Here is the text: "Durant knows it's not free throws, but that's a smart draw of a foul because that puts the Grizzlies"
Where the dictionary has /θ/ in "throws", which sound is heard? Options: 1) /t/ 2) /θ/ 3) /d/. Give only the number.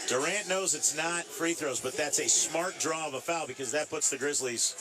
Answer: 2